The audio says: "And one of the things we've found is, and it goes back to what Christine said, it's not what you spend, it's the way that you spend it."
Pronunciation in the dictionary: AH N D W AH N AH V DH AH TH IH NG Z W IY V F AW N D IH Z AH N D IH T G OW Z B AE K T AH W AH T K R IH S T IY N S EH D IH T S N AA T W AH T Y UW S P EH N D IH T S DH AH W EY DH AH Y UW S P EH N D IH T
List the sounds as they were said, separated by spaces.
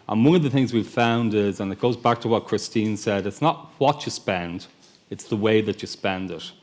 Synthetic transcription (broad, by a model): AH N W AH N AH V DH AH TH IH NG Z W IY V F AW N D IH Z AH N IH T G OW Z B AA K T AH W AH T K R IH S T IY N S EH D IH T S N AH T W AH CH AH S P EH N D IH T S DH AH W EY DH AH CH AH S P EH N D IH T